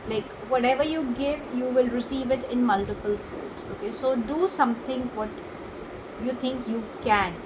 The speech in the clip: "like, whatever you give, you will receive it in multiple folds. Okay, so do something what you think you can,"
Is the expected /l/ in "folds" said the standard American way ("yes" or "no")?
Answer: no